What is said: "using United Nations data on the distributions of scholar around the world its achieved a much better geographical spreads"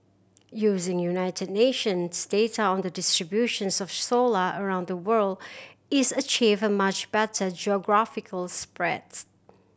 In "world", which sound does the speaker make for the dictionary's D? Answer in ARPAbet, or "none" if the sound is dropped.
D